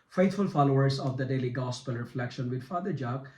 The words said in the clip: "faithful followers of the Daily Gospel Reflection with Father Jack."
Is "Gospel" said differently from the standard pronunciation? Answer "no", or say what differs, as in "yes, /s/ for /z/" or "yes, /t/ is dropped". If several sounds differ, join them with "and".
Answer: no